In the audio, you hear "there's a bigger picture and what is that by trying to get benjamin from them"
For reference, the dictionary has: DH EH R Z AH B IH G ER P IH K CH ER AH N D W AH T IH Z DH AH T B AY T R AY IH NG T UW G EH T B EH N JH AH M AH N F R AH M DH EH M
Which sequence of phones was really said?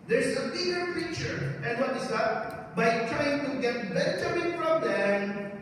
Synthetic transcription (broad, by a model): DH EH R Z AH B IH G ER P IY CH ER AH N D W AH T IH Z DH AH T B AY T R AY IH NG T UW G EH T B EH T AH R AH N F R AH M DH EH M